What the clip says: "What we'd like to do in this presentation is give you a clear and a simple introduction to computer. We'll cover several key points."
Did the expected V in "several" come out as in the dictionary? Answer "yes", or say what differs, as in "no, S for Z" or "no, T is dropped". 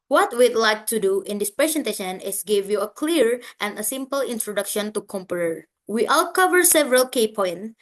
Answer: yes